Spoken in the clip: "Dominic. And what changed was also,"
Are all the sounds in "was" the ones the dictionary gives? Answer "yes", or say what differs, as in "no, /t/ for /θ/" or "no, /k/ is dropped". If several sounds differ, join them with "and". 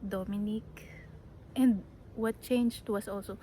no, /s/ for /z/